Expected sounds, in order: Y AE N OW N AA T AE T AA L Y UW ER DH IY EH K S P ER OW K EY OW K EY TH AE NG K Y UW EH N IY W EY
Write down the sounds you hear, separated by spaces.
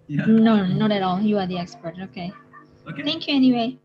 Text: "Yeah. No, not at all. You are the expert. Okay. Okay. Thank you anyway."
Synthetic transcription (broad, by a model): N OW N AA T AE T AA L Y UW ER DH IY EH K S P ER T OW K EY TH AE NG K Y UW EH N IY W EY